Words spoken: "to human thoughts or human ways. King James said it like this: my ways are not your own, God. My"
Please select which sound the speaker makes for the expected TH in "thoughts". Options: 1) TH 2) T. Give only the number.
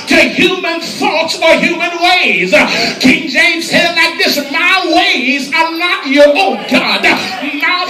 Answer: 1